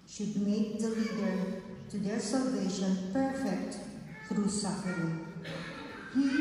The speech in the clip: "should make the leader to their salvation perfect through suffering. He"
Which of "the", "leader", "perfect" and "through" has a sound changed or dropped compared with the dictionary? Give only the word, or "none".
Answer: through